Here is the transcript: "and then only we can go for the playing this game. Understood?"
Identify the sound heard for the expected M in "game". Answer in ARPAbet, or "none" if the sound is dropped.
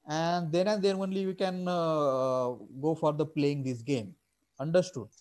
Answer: M